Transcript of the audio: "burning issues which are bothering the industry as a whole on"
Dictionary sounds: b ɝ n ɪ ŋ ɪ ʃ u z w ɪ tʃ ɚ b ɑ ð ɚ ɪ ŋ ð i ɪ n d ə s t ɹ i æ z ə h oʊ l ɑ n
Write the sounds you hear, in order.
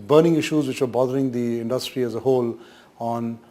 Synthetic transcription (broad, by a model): b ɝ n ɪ ŋ ɪ ʃ u z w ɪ tʃ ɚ b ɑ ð ɚ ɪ ŋ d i ɪ n d ə s t ɹ i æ z ə h oʊ l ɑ n